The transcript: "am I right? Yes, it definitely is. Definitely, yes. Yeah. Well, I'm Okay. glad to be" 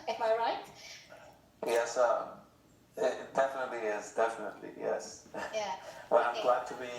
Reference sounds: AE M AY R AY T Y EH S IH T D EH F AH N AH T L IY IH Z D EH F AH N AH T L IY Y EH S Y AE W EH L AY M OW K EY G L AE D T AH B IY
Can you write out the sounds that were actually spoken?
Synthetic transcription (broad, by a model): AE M AY R AY T Y EH S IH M D EH F AH N AH T L IY IH Z D EH F AH N AH T L IY Y EH S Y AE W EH N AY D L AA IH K T AH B IY